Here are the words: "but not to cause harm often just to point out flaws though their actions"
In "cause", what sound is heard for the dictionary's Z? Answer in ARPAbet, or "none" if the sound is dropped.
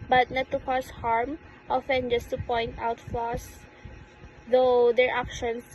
S